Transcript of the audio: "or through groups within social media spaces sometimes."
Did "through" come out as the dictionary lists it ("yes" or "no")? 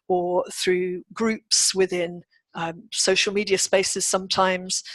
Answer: yes